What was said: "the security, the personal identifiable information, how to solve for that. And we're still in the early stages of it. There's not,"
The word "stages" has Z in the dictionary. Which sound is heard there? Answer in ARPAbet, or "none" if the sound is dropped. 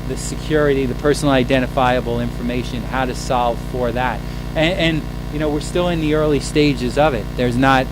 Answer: Z